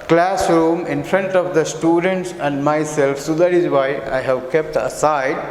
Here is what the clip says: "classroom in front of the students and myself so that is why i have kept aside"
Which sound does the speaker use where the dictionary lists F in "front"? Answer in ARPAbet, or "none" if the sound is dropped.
P